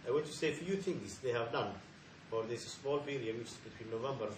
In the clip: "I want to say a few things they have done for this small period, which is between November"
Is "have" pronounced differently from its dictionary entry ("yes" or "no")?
no